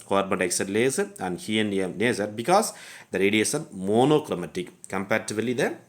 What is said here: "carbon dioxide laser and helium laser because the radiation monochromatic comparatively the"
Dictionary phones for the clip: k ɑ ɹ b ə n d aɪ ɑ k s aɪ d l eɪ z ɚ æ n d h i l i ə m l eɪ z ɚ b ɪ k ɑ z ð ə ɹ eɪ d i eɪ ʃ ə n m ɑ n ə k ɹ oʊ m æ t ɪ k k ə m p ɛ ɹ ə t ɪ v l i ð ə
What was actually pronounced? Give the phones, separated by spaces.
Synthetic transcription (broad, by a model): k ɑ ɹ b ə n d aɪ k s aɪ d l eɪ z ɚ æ n d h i i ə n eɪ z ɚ b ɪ k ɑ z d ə ɹ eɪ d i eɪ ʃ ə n m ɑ n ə k ɹ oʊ m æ t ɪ k k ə m p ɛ ɹ t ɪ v l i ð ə